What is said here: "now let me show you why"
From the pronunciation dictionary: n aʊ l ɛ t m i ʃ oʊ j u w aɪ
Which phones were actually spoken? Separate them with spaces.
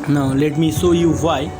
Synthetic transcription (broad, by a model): n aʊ l ɛ t m i s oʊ j u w aɪ